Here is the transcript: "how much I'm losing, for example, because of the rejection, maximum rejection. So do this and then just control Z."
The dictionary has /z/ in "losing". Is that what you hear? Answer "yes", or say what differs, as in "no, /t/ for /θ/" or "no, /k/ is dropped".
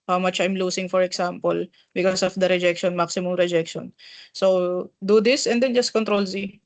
no, /s/ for /z/